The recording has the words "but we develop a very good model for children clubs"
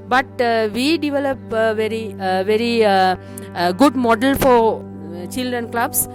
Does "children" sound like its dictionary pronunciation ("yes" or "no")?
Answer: yes